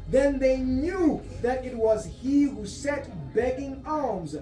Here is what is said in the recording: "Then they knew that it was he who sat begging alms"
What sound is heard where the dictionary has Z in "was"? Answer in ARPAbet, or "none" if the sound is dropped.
Z